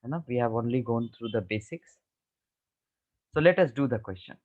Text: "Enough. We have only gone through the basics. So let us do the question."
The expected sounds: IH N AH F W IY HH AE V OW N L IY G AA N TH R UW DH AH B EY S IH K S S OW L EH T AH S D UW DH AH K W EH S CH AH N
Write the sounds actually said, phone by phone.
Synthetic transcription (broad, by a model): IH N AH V IY HH AE V OW N L IY G AA N T R UW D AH B EY S IH K S S OW L EH T AH S D UW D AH K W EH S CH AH N